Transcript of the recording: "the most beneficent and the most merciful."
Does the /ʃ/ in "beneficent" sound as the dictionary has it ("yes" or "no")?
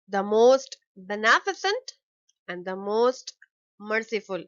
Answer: no